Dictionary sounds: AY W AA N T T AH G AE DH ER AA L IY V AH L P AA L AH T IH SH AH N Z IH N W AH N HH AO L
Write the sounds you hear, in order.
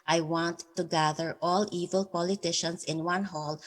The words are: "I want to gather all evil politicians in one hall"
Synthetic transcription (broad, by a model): AY W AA N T T AH G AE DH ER AA L IY V AH L P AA L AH T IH SH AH N S IH N W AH N HH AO L